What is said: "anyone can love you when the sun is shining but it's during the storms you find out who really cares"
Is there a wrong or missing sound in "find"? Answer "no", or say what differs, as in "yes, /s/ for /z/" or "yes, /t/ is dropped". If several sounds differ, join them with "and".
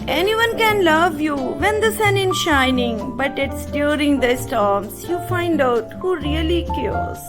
no